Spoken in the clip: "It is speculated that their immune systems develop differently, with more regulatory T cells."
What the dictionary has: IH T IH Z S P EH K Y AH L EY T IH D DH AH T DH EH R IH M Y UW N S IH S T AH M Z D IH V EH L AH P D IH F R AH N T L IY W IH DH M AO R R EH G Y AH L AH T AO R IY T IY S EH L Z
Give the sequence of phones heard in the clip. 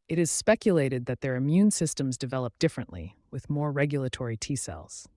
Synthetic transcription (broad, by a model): IH T IH Z S P EH K Y AH L EY T IH D DH AH T DH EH R IH M Y UW N S IH S T AH M Z D IH V EH L AH P D IH F R AH N T L IY W IH DH M AO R R EH G Y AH L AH T AO R IY T IY S EH L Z